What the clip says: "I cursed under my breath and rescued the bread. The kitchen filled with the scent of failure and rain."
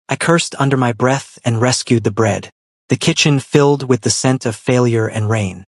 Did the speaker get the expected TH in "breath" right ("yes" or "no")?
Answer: yes